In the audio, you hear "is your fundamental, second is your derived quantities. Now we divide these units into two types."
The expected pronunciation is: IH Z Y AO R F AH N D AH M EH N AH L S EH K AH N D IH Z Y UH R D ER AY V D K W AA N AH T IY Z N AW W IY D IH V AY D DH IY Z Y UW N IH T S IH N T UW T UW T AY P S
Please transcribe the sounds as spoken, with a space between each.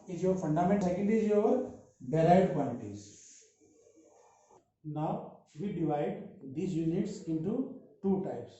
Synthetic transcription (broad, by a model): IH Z Y AO R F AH N D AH M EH N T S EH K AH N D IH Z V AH R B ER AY D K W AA L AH T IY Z N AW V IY D IH V AY D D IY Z Y UW N IH T S IH N T UW T UW T AY P S